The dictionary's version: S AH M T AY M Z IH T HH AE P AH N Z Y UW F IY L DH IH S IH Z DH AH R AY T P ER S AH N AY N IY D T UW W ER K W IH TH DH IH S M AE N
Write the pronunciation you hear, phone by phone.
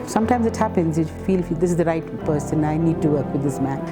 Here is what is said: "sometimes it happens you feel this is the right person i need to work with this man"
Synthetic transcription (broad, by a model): S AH M T AY M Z IH T HH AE P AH N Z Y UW F IY L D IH S IH Z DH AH R AY T P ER S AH N AY N IY D T UW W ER K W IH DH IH S M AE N